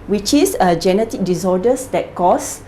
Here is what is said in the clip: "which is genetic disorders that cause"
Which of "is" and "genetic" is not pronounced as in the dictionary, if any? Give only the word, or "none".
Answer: is